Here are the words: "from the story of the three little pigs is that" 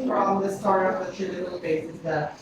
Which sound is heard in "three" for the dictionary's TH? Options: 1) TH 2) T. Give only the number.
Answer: 2